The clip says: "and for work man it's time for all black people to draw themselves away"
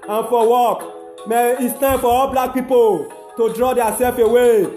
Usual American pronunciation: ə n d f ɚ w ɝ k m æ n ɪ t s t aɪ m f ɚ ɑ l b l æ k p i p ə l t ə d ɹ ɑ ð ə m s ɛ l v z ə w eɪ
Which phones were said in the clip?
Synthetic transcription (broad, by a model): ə n f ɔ w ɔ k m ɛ ɪ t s t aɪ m f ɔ ɑ l b l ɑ k p i p ə l t ə d ɹ ɑ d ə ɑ s ɛ l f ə w eɪ